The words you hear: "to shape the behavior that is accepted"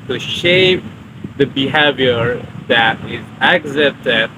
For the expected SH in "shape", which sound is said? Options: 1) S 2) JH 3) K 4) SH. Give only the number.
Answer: 4